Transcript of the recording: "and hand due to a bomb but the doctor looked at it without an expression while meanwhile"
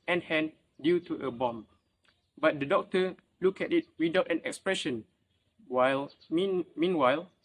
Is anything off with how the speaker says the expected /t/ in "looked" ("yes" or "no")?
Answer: yes